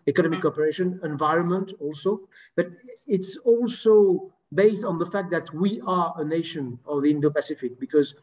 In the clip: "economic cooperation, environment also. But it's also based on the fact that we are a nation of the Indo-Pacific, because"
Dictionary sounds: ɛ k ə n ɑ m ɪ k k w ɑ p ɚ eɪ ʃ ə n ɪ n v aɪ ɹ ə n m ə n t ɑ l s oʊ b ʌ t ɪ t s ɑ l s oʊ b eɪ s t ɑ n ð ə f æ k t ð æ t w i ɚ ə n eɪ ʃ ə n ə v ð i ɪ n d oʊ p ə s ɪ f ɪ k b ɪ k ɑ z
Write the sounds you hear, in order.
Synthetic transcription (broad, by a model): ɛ k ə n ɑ m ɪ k k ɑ p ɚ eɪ ʃ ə n ɪ n v aɪ ɹ ə n m ə n t ɑ l s oʊ b ʌ t ɪ t s ɑ l s oʊ b eɪ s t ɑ n ð ə f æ k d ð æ t w i ɚ ə n eɪ ʃ ə n ə v ð i ɪ n d oʊ p ə s ɪ f ɪ k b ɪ k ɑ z